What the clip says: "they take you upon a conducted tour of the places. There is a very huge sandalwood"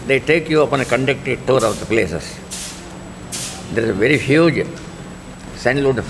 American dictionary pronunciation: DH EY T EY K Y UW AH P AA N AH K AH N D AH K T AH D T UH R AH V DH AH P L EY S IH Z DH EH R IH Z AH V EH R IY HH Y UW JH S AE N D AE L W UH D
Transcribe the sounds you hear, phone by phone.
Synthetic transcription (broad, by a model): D EY T EY K Y UW AH P AA N AH K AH N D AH K T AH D T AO R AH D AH P L EY S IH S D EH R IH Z AH V EH R IY HH Y UW JH S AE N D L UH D